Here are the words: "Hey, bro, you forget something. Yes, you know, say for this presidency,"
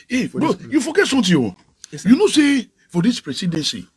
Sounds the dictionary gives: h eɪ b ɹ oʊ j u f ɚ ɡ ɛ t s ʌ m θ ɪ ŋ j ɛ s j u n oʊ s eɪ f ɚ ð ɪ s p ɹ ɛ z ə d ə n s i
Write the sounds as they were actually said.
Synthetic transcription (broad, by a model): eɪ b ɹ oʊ j u f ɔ ɡ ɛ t s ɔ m t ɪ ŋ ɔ j u n oʊ s eɪ f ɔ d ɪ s p ɹ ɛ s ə d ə n s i